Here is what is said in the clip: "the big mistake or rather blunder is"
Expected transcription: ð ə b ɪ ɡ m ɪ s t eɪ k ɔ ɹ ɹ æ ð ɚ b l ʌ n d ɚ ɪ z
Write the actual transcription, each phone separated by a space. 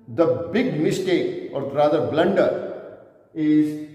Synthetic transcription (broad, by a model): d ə b ɪ ɡ m ɪ s t eɪ k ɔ ɹ ɹ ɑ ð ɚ b l ʌ n d ɚ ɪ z